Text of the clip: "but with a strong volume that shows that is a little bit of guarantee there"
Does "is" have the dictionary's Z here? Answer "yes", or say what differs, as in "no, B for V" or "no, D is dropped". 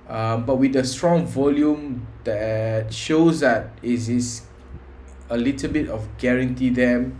no, S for Z